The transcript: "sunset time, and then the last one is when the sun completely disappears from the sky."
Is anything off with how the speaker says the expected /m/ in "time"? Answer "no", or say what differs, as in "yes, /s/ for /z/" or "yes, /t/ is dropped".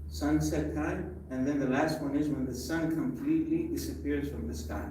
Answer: yes, /m/ is dropped